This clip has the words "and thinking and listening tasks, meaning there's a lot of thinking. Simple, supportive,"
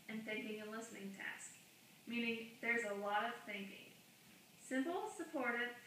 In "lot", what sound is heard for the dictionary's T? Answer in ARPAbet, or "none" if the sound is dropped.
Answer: T